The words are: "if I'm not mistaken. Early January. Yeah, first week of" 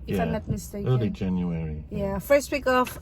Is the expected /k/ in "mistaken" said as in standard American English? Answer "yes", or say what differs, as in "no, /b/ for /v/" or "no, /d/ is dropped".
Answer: no, /k/ is dropped